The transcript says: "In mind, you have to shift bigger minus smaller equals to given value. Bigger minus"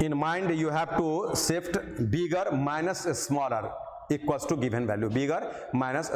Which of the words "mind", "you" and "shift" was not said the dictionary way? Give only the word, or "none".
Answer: shift